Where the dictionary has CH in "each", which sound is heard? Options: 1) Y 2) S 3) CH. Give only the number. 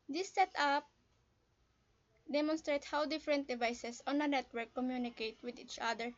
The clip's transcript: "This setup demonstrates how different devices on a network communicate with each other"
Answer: 3